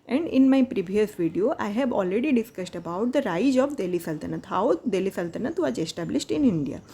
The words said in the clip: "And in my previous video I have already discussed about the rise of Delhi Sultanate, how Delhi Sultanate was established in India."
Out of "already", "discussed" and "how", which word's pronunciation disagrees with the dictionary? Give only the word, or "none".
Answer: none